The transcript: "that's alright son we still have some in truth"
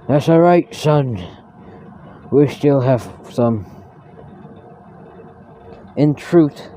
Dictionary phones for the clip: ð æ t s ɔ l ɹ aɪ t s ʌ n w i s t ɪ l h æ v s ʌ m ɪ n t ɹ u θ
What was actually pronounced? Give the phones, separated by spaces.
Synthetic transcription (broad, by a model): ð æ t s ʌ ɹ aɪ t s ʌ n w i s t ɪ l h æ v s ʌ m ɪ n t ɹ u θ